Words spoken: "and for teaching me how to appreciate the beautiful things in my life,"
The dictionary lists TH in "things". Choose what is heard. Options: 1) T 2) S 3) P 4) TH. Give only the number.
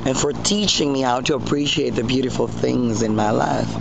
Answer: 4